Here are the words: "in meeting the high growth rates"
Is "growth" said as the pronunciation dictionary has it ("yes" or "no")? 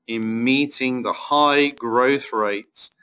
yes